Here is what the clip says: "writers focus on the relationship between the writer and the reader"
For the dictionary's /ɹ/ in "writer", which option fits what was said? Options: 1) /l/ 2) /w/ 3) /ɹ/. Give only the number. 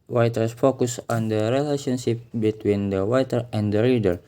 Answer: 2